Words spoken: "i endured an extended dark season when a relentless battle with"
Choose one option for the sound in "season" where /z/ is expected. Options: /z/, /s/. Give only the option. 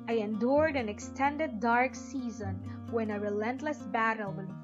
/z/